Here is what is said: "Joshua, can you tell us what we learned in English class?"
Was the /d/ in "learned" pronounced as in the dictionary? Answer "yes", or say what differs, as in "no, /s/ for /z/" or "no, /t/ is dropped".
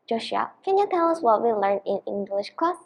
no, /d/ is dropped